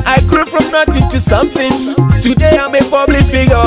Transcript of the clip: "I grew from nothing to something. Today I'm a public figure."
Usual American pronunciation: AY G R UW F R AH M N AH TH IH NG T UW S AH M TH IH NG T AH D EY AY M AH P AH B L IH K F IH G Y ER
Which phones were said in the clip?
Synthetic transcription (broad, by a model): AY G R UW F R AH M N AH T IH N T UW S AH M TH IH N T AH D EY AY M AH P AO B L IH F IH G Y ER